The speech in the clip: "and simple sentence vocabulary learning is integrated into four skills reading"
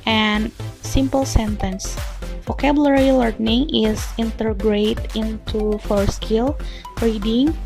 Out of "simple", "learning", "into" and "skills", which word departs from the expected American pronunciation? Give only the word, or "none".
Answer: skills